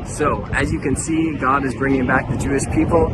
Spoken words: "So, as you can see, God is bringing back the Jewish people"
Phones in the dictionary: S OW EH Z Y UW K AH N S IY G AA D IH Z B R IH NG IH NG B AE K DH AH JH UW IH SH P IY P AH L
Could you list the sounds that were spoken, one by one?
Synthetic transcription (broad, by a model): S OW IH Z Y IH K AH N S IY G AA D IH Z B R IH NG IH NG B AE K DH AH JH UW IH SH P IY P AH L